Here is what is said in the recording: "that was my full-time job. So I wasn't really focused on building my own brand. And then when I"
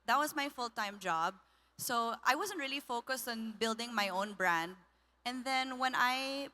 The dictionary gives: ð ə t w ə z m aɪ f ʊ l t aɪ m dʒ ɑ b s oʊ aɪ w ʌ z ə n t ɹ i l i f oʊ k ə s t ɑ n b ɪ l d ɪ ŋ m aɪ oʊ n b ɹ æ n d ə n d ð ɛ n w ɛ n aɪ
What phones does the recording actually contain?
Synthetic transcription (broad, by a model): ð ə t w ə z m aɪ f ʊ l t aɪ m dʒ ɑ b s oʊ aɪ w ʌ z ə n t ɹ i l i f oʊ k ə s t ɑ n b ɪ l d ɪ ŋ m aɪ oʊ n b ɹ æ n d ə n ð ɛ n w ɛ n aɪ